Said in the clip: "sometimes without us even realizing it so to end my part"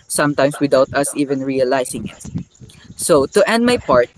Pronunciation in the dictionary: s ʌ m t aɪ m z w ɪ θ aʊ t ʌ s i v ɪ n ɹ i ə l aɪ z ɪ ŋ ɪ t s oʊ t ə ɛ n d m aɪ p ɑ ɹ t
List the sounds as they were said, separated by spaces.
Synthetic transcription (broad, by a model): s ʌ m t aɪ m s w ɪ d aʊ t ʌ s i v ɪ n ɹ i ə l aɪ s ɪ ŋ ɪ t s oʊ t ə ɛ n d m aɪ p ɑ ɹ t